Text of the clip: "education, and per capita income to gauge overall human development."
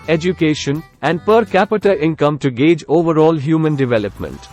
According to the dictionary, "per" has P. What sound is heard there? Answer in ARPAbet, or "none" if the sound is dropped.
P